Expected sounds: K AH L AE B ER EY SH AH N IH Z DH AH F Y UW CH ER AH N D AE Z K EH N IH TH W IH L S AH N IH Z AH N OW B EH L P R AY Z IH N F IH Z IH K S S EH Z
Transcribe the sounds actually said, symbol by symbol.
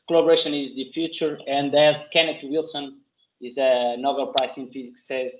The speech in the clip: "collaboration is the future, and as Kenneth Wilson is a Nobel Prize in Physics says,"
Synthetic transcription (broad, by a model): K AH L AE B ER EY SH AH N IH Z DH AH F Y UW CH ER AH N D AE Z K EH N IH T W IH L S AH N IH Z AH N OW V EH L P R AY S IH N F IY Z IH K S S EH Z